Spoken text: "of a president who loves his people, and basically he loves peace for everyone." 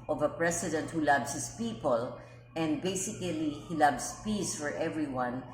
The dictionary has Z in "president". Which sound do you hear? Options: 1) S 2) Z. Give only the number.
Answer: 1